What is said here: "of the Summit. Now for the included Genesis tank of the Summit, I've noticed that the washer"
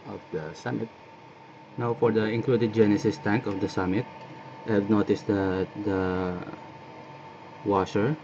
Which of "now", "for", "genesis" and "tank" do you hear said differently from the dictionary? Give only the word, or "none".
none